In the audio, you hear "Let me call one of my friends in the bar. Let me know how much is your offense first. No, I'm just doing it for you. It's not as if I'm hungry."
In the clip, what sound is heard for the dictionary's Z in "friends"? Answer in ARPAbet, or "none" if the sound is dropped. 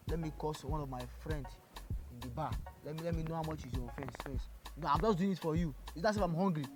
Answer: S